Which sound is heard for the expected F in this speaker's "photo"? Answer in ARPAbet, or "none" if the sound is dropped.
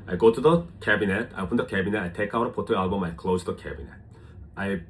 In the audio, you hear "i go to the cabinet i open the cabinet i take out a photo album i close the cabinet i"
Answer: P